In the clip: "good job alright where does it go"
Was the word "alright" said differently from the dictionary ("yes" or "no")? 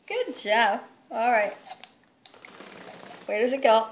no